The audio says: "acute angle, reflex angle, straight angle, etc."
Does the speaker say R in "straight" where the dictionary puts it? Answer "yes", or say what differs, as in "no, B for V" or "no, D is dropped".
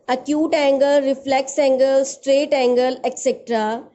yes